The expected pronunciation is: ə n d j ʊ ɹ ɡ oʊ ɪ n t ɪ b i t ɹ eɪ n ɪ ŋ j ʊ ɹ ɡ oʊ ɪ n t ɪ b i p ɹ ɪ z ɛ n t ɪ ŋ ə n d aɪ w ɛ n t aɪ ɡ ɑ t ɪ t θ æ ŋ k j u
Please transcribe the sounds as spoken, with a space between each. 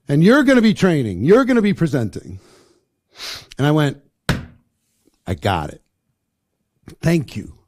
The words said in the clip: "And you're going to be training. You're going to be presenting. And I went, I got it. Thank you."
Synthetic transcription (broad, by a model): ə n j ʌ ɹ ɡ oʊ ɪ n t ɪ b i t ɹ eɪ n ɪ ŋ j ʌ ɹ ɡ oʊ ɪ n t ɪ b i p ɹ ɪ z ɛ n t ɪ ŋ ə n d aɪ w ɛ n t aɪ ɡ ɑ t ɪ t θ æ ŋ k j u